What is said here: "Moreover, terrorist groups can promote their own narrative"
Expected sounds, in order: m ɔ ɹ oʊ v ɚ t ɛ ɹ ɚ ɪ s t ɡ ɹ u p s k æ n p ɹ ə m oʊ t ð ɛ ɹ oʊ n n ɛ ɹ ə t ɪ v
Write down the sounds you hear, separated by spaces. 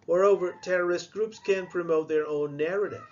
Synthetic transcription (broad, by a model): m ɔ ɹ oʊ v ɚ t ɛ ɹ ɚ ɪ s t ɡ ɹ u p s k æ n p ɹ ə m oʊ t ð ɛ ɹ oʊ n n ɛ ɹ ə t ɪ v